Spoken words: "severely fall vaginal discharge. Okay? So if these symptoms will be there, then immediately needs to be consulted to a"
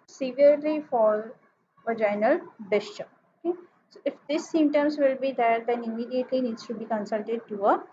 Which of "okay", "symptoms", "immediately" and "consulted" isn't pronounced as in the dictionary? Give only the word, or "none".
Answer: symptoms